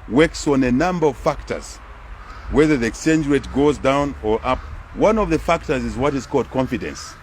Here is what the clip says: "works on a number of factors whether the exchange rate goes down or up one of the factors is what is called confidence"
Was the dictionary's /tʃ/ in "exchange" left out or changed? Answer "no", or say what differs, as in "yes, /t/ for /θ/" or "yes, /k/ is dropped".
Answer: yes, /tʃ/ is dropped